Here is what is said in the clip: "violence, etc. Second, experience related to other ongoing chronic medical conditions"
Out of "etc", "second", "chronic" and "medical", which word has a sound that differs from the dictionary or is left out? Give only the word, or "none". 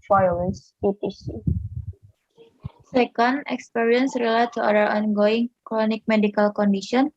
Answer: etc